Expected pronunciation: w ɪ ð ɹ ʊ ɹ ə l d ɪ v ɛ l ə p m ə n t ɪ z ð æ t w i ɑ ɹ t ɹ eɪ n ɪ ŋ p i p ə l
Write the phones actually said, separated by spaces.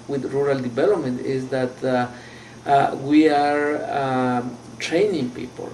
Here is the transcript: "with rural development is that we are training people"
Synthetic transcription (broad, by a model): w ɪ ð ɹ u ɹ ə l d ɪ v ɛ l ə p m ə n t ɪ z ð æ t w i ɑ ɹ t ɹ eɪ n ɪ ŋ p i p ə l